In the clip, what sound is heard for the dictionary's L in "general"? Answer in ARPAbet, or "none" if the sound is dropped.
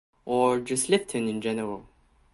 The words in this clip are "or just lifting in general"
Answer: W